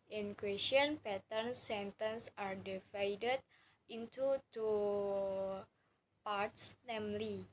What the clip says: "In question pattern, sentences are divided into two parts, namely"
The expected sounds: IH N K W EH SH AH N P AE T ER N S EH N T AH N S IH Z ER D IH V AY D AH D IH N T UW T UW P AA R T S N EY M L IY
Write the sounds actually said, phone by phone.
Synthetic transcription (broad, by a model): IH N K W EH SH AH N P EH T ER N S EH N T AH N S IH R D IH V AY D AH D IH N T UW T UW P AA R T S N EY M L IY